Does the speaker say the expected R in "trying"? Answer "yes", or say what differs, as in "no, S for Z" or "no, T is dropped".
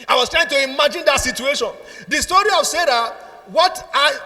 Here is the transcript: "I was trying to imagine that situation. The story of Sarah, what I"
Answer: yes